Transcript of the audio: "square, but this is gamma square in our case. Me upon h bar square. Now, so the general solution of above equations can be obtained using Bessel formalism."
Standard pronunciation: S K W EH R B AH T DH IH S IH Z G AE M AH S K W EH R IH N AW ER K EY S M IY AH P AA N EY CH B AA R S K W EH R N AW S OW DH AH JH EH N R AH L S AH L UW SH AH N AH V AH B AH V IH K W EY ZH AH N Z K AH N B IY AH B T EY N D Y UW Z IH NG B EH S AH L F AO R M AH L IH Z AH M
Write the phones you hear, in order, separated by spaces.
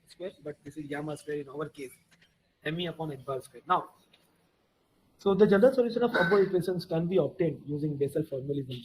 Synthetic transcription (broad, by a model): S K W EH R B AH T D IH S IH Z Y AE M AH S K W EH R IH N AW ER K EY S M IY AH P AA N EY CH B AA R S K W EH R N AW S OW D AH JH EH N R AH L S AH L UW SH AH N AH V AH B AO IH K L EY SH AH N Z K AH N B IY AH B T EY N D Y UW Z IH NG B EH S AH L F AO R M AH L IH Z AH M